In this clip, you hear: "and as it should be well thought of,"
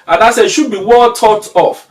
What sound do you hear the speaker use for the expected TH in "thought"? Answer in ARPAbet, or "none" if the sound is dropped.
T